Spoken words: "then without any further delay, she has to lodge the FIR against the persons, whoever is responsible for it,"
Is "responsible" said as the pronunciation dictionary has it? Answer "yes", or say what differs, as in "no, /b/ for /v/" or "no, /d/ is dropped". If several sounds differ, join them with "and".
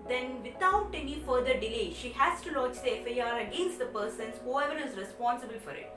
yes